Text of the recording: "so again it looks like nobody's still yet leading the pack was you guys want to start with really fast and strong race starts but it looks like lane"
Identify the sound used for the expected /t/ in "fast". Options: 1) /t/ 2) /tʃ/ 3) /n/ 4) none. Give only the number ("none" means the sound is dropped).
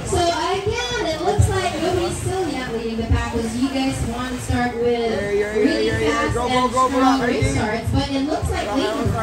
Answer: 4